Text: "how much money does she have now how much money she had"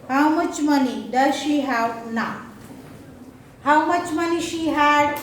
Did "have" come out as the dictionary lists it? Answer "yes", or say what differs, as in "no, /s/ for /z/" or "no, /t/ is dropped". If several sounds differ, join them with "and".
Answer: no, /w/ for /v/